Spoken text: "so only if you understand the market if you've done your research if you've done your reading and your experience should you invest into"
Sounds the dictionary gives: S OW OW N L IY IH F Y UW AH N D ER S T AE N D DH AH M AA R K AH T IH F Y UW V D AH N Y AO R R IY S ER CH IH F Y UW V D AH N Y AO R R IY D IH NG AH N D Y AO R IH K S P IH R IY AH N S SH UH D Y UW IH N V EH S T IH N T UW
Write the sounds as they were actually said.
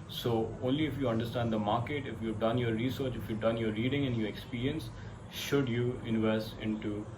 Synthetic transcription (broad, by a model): S OW OW N L IY IH F Y UW AH N D ER S T AE N D AH M AA R K AH T IH F Y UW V D AH N Y AO R R IY S ER CH IH F Y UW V D AH N Y AO R R IY D IH NG AH N D Y AO R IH K S P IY R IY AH N S SH UH D Y UW IH N V EH S T IH N T UW